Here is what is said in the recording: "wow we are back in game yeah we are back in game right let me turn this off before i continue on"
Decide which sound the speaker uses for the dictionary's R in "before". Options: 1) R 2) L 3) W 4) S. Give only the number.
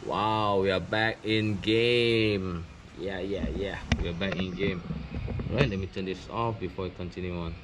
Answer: 3